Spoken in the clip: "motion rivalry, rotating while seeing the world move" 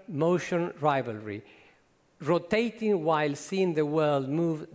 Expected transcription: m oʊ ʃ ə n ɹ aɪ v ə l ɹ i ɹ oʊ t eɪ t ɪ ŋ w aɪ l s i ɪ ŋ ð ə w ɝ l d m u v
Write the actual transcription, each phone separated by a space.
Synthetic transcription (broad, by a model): m oʊ ʃ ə n ɹ aɪ v ə l ɹ i ɹ oʊ t eɪ t ɪ ŋ w aɪ l s i ɪ ŋ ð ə w ɝ l d m u v